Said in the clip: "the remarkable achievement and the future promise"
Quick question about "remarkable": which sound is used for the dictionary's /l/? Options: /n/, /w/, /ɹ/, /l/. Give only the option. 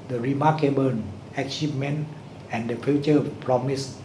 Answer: /n/